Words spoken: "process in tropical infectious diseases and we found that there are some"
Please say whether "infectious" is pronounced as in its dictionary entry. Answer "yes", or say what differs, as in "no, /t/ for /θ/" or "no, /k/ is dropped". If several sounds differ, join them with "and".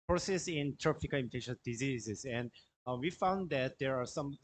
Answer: no, /k/ is dropped